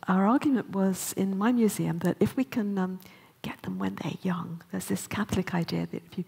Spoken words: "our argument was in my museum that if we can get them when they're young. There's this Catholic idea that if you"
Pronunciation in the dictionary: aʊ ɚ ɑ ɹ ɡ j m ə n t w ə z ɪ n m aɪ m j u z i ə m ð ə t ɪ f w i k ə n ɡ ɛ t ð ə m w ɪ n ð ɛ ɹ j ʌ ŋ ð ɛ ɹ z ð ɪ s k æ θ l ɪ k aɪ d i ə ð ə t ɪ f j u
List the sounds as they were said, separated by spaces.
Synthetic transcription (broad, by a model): aʊ ɚ ɑ ɹ ɡ j m ə n t w ə z ɪ n m aɪ m j u z i ə m ð ə t ɪ f w i k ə n ɡ ɛ t ð ə m w ɪ n ð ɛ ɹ j ʌ ŋ ð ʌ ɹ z ð ɪ s k æ θ l ɪ k aɪ d i ə ð ə t ɪ f j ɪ